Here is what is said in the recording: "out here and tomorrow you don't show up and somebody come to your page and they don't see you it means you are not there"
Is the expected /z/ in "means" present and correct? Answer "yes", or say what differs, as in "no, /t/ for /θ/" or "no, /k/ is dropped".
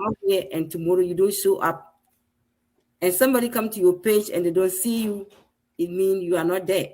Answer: no, /z/ is dropped